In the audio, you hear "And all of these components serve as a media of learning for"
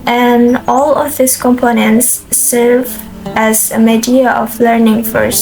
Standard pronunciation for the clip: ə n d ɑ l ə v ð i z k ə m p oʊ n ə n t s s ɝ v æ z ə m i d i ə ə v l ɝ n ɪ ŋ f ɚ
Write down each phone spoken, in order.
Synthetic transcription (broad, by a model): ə n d ɑ l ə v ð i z k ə m p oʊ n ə n t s s ɝ v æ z ə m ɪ d i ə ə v l ɝ n ɪ ŋ f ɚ